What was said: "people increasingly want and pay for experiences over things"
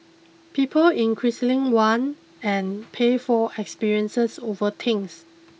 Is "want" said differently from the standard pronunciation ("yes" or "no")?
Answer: yes